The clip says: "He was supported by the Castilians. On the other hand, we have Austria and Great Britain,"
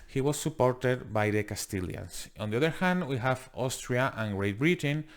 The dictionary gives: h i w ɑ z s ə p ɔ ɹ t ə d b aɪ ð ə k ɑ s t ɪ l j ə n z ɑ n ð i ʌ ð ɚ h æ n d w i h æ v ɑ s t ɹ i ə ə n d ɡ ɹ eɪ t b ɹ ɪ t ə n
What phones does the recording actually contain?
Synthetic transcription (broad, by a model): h i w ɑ s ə p ɔ ɹ t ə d b aɪ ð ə k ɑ s t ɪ l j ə n s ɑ n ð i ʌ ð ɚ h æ n d w i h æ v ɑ s t ɹ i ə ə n ɡ ɹ eɪ t b ɹ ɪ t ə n